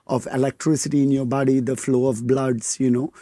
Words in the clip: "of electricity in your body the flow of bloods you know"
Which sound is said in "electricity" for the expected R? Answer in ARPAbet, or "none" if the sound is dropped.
R